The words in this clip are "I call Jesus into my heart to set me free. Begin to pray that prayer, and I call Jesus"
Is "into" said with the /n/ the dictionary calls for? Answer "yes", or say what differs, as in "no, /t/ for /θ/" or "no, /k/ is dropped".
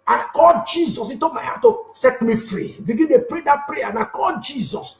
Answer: no, /n/ is dropped